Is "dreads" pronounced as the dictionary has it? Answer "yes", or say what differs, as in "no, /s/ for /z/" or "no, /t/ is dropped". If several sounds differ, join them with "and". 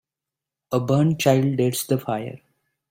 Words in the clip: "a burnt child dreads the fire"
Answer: no, /ɹ/ is dropped